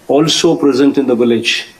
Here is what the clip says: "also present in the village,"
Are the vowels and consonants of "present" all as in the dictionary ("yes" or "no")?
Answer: yes